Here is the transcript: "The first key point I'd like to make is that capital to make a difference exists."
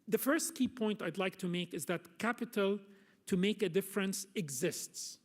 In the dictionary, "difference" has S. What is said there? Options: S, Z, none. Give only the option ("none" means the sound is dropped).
S